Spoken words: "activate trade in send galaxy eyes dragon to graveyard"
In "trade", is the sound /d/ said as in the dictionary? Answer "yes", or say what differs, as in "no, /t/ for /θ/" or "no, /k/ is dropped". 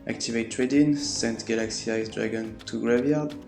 yes